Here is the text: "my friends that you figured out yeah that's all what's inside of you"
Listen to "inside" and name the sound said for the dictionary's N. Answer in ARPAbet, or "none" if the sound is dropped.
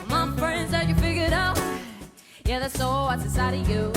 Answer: none